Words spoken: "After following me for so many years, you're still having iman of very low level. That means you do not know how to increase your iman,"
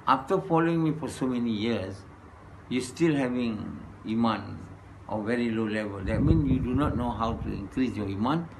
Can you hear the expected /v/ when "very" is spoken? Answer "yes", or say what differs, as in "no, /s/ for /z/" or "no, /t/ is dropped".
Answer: yes